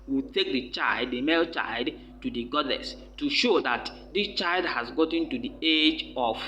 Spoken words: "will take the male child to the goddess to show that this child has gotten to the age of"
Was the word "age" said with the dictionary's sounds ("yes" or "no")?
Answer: yes